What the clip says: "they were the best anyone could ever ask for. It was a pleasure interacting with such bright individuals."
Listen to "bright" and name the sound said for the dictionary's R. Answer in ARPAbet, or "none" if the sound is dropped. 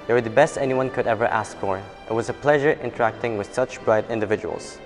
R